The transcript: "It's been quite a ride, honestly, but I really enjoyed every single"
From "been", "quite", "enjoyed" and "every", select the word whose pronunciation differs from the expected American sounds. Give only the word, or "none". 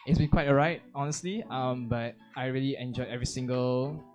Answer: enjoyed